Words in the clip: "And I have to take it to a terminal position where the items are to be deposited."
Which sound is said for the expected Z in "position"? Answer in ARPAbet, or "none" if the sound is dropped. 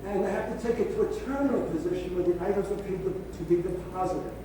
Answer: Z